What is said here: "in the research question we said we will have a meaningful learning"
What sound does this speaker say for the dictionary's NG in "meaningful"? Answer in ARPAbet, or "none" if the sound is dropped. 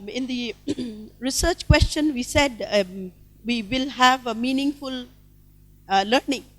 NG